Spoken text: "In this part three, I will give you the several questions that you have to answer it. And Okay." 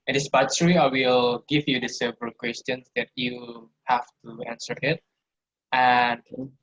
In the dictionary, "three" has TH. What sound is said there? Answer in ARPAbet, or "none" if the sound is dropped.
S